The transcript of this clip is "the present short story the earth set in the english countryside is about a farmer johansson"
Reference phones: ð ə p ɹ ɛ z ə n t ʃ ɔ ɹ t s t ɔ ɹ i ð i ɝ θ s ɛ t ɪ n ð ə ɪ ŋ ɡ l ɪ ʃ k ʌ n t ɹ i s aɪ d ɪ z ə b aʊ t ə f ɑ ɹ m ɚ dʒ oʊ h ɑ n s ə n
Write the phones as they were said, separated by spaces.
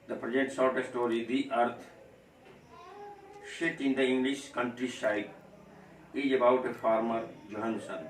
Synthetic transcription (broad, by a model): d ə p ɹ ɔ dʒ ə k t s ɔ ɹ t s t ɔ ɹ i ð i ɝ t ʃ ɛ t ɪ n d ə ɪ ŋ ɡ l ɪ ʃ k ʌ n t ɹ i ʃ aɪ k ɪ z ə b aʊ t ə f ɑ ɹ m ɚ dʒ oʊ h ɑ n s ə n